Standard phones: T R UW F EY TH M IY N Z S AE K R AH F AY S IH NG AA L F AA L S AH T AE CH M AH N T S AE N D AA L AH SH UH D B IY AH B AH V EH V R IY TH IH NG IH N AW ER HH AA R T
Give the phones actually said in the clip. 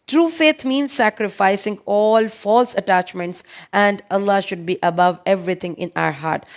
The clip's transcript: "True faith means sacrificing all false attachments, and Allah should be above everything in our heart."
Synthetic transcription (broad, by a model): T R UW F EY T M IY N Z S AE K R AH F AY S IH NG AA L F AA L S AH T AE CH M AH N T S AE N D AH L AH SH UH D B IY AH B AH V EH V R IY T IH NG IH N AW ER HH AA R T